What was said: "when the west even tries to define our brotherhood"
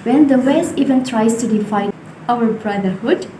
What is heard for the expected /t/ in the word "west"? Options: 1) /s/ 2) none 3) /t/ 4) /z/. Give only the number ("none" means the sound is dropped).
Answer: 2